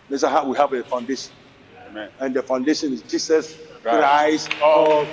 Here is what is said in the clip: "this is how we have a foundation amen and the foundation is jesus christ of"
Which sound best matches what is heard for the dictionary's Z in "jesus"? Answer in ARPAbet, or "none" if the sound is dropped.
S